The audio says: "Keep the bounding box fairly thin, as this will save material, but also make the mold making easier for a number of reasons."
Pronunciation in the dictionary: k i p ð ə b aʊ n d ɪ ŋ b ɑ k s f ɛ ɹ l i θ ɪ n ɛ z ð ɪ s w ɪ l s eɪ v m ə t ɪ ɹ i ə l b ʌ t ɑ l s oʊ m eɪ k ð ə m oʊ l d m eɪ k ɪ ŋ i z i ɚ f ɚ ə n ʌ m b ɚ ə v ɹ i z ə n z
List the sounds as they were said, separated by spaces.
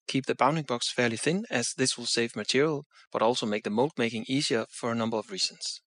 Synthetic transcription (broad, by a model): k i p ð ə b aʊ n d ɪ ŋ b ɑ k s f ɛ ɹ l i θ ɪ n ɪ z ð ɪ s w ɪ l s eɪ v m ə t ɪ ɹ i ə l b ʌ t ɑ l s oʊ m eɪ k ð ə m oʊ l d m eɪ k ɪ ŋ i z i ɚ f ɚ ə n ʌ m b ɚ ə v ɹ i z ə n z